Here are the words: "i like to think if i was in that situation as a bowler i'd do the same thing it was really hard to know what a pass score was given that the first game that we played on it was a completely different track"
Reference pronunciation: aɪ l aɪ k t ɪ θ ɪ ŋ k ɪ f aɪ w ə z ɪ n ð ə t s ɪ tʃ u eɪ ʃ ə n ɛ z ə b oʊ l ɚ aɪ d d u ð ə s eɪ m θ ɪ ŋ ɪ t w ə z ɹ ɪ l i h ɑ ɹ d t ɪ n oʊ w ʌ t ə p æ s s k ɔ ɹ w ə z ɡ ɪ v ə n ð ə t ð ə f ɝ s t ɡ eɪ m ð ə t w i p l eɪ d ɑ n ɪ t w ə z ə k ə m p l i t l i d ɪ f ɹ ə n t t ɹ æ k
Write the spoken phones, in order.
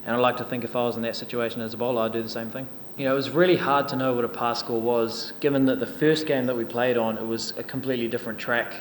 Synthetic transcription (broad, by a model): aɪ l aɪ k t ɪ θ ɪ ŋ k ɪ f aɪ w ə z n ð ə t s ɪ tʃ u eɪ ʃ ə n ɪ z ə b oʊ l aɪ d d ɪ ð ə s eɪ m θ ɪ ŋ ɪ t w ə z ɹ ɪ l i h ɑ ɹ d t ɪ n oʊ w ʌ t ə p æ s s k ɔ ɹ w ə z ɡ ɪ v ə n ð ə t ð ə f ɝ s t ɡ eɪ m ð ə t w i p l eɪ d n ɪ t w ə z ə k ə m p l i t l i d ɪ f ɹ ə n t t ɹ æ k